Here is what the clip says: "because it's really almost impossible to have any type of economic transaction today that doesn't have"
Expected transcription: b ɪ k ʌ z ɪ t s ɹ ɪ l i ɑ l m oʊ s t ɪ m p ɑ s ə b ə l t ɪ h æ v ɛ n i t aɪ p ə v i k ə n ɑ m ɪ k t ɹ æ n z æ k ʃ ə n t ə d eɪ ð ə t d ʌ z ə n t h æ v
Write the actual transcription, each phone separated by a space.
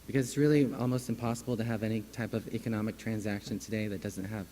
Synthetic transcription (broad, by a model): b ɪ k ʌ z ɪ t s ɹ ɪ l i ɑ l m oʊ s t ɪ m p ɑ s ə b l t ɪ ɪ v ɛ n i t aɪ p ə v i k ə n ɑ m ɪ k t ɹ æ n z æ k ʃ ə n t ə d eɪ ð ə t d ʌ z ə n t h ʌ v